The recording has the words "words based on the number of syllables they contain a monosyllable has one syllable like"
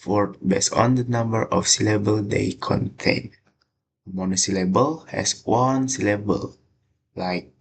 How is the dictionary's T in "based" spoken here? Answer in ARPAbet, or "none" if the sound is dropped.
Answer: none